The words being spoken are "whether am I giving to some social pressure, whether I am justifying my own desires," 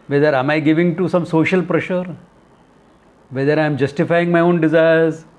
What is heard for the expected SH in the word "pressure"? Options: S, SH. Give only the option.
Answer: SH